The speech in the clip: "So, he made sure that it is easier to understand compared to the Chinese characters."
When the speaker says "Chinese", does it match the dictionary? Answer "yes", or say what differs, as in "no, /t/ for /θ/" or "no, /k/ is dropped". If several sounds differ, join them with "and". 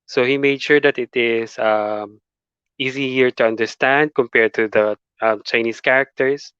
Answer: no, /s/ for /z/